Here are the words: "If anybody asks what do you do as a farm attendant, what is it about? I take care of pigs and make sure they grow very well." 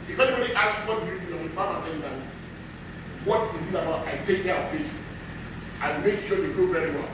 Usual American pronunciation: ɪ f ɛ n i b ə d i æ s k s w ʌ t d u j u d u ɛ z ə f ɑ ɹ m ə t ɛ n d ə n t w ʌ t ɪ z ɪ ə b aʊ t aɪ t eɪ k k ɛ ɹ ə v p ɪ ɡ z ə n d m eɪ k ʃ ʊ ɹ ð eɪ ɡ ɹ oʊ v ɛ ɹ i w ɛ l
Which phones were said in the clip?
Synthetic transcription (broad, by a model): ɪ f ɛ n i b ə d i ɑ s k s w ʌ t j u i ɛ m ə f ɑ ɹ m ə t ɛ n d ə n w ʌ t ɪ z ɪ ə b aʊ t aɪ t eɪ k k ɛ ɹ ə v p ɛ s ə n m eɪ k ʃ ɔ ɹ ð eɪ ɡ oʊ v ɛ ɹ i w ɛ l